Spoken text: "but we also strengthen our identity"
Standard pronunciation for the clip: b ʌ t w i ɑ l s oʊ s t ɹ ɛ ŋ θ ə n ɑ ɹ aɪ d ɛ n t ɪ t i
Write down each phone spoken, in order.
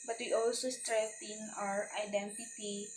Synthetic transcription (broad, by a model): b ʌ t w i ɑ l s oʊ s t ɹ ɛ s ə n ɑ ɹ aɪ d ɛ n t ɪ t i